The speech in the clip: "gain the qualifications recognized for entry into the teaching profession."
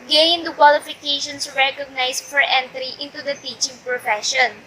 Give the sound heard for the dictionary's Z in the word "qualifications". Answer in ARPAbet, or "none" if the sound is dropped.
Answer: S